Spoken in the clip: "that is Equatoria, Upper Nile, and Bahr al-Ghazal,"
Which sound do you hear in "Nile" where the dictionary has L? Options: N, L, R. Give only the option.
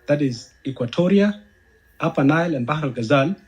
L